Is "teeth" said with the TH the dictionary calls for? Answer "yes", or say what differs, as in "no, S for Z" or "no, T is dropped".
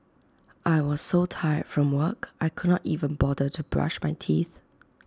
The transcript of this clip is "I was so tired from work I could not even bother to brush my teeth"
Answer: yes